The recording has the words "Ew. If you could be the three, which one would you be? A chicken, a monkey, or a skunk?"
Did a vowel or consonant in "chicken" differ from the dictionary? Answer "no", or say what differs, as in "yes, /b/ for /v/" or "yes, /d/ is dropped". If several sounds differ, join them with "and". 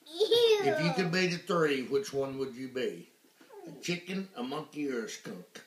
no